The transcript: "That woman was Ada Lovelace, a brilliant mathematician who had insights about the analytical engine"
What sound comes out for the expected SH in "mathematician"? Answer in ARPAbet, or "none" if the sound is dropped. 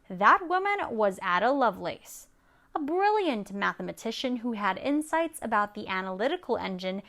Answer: SH